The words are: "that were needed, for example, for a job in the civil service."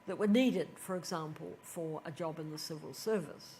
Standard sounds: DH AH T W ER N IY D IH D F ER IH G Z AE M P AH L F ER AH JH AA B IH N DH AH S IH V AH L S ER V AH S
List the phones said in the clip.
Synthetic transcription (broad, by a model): DH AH T W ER N IY D IH D F ER IH G Z AE M P AH L F ER AH JH AA B IH N DH AH S IH V AH L S ER V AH S